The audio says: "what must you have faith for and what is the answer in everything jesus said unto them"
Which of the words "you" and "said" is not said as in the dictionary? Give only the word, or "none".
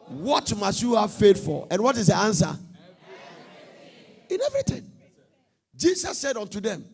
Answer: none